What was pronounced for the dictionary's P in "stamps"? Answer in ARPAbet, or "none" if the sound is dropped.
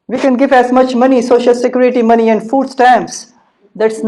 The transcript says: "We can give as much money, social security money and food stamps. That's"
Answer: none